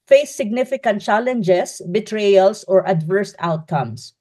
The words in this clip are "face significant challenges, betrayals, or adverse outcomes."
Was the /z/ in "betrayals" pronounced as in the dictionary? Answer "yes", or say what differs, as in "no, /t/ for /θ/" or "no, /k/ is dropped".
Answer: no, /s/ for /z/